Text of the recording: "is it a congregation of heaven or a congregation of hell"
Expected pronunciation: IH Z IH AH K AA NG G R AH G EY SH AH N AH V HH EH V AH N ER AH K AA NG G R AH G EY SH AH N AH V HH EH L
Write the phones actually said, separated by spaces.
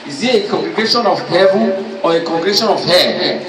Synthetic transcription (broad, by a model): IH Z IH AH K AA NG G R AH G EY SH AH N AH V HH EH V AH AO AH K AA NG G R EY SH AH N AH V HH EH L